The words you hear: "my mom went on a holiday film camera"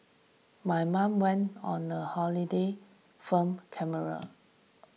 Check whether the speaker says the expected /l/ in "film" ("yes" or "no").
no